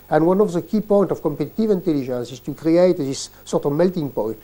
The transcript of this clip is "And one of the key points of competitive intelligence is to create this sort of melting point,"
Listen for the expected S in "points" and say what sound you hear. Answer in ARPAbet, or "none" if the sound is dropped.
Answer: none